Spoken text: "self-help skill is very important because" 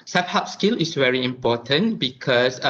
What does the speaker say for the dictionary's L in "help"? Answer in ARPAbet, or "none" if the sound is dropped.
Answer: none